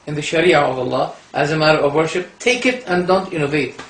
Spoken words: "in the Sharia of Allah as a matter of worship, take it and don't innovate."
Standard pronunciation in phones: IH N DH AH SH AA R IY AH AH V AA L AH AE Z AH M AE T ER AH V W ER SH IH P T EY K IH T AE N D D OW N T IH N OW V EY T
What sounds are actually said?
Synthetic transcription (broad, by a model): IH N DH AH SH AA R IY AH AH V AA L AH AE Z AH M AE T ER AH V W ER SH IH P T EY K IH T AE N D D OW N T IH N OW V EY T